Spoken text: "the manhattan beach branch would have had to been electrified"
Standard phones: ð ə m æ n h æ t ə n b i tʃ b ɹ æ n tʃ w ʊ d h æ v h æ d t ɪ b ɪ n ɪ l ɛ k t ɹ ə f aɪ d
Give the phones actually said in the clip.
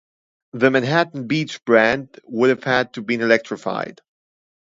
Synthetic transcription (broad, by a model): ð ə m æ n h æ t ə n b i tʃ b ɹ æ n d w ʊ d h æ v h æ d t ɪ b ɪ n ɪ l ɛ k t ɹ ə f aɪ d